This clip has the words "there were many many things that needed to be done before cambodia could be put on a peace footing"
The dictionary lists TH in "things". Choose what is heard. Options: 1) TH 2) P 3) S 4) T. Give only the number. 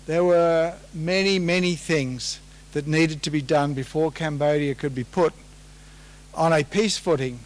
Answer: 1